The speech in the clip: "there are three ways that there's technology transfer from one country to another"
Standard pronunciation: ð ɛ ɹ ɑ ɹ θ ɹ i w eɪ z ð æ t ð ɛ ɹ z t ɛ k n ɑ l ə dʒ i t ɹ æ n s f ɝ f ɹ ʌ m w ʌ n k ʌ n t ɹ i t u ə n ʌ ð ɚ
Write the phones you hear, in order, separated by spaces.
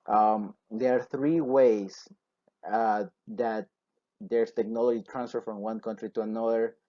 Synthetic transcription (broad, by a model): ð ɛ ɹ ɑ ɹ θ ɹ i w eɪ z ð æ t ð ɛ ɹ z t ɛ k n ɑ l ə dʒ i t ɹ æ n s f ɝ f ɹ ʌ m w ʌ n k ʌ n t ɹ i t u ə n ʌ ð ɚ